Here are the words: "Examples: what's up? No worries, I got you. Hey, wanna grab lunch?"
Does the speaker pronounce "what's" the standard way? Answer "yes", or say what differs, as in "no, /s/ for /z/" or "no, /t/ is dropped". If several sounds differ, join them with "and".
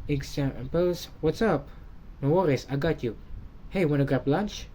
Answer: yes